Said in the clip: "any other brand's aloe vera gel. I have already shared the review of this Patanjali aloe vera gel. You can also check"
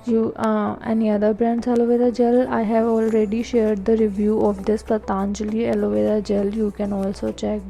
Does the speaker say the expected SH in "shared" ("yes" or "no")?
yes